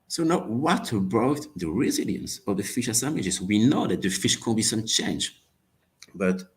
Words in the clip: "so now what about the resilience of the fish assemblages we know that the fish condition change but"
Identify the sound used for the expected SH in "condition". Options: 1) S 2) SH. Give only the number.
1